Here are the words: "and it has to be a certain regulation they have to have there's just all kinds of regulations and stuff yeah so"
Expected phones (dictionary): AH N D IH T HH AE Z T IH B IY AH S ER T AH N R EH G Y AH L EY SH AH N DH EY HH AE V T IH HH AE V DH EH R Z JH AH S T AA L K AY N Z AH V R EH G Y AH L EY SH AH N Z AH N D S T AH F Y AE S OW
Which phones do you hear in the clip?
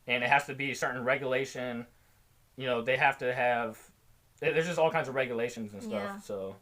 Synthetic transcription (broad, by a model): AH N IH T HH AE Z T IH B IY S ER T N R EH G Y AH L EY SH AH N DH EY HH AE F T IH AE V DH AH R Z JH AH S T AA L K AY N Z AH V R EH G Y AH L EY SH AH N Z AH N S T AH F S OW